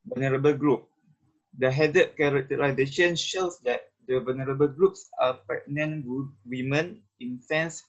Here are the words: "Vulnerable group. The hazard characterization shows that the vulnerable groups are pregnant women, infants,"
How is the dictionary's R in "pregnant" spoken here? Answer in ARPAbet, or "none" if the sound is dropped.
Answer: none